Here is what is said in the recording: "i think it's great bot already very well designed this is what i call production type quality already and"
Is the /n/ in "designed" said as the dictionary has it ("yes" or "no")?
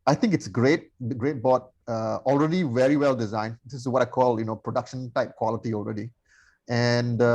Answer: yes